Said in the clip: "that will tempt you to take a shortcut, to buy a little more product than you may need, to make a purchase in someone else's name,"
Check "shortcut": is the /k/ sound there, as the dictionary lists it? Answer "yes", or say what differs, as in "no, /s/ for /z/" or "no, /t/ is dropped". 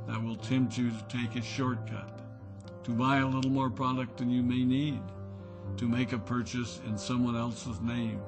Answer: yes